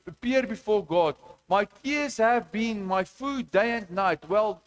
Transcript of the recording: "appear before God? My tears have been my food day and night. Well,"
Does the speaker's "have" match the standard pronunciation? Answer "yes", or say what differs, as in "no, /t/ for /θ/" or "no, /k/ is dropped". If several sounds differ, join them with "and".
yes